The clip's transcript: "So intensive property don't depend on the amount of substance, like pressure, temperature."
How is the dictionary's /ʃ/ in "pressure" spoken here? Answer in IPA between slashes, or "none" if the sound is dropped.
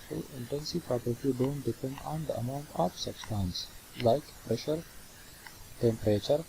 /ʃ/